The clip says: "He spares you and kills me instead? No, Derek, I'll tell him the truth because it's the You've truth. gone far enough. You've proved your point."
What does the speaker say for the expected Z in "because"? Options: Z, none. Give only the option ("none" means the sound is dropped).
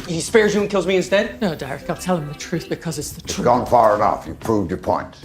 Z